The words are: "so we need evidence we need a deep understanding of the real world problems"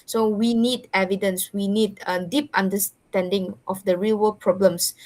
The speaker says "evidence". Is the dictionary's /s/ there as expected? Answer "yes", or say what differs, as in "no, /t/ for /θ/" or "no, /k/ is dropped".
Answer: yes